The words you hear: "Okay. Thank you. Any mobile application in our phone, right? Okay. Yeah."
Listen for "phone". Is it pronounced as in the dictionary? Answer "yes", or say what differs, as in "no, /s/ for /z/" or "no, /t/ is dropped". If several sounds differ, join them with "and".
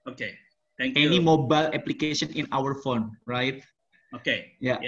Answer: yes